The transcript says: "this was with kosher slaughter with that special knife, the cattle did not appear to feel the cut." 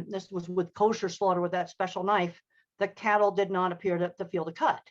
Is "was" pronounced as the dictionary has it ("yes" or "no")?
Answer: yes